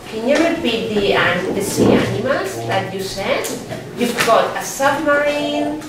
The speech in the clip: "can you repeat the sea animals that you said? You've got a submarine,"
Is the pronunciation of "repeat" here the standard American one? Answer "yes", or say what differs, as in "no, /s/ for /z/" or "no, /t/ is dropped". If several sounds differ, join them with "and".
no, /w/ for /ɹ/ and /b/ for /p/